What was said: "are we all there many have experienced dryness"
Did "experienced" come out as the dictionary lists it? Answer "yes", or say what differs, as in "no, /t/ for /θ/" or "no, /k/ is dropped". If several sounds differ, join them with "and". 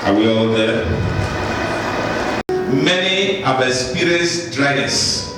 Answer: no, /k/ is dropped and /n/ is dropped